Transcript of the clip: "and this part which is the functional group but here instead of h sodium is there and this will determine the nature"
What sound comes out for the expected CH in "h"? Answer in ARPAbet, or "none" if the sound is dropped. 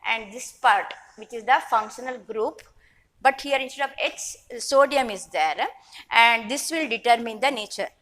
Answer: S